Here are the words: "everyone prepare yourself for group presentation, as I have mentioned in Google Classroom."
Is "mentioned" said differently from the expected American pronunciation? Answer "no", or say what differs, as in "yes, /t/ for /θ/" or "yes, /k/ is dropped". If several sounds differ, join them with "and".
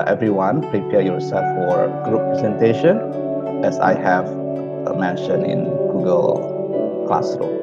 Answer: yes, /d/ is dropped